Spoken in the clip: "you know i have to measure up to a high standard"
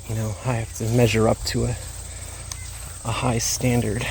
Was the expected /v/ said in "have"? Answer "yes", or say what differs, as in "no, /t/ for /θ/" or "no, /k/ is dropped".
no, /f/ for /v/